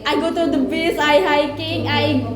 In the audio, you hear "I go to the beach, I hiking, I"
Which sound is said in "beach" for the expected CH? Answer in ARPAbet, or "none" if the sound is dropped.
S